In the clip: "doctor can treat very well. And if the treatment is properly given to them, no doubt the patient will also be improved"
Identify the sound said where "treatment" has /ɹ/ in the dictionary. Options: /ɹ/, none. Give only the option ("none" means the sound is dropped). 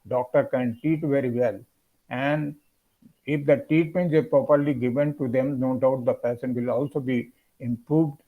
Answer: none